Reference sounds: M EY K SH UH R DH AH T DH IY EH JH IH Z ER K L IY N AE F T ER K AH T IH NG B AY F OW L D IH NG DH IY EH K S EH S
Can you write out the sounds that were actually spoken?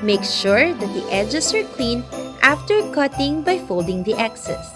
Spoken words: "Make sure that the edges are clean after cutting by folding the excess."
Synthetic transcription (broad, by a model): M EY K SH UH R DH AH T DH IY EH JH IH S ER K L IY N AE F T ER K AH T IH NG B AY F OW L D IH NG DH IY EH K S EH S